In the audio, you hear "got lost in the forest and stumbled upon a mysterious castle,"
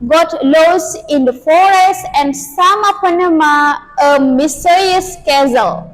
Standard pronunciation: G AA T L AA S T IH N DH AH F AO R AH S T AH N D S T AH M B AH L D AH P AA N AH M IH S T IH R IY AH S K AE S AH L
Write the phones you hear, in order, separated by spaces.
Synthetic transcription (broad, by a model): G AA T L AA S IH N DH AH F AO R AH S T AH N D S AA M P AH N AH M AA AH M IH S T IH R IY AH S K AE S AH L